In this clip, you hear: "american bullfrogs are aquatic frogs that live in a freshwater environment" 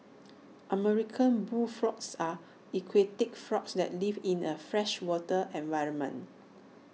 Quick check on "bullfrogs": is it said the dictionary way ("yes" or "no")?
no